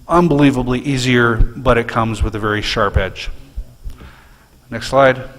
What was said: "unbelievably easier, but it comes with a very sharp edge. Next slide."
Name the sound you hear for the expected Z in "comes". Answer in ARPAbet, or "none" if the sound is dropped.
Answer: Z